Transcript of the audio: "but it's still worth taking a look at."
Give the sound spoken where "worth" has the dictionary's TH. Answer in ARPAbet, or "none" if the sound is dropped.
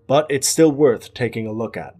TH